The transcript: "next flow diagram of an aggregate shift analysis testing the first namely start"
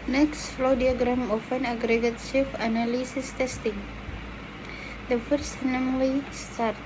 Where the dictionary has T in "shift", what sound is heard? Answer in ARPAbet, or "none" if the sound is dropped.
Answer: none